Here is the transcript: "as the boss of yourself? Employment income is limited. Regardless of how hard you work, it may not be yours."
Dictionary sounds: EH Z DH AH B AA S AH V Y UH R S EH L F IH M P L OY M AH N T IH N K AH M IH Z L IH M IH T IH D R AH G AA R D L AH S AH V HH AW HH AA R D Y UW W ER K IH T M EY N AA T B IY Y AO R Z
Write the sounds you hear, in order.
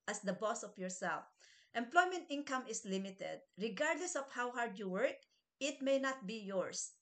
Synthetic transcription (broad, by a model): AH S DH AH B AA S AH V Y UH R S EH L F IH M P L OY M AH N T IH N K AH M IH S L IH M IH T IH D R AH G AA R D L AH S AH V HH AW HH AA R D Y UW W ER K IH T M EY N AA T B IY Y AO R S